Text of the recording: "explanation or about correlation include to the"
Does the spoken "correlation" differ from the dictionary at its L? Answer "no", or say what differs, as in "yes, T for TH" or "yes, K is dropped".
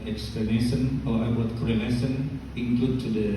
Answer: yes, N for L